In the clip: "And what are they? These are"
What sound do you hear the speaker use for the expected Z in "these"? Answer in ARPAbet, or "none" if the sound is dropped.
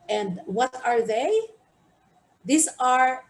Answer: S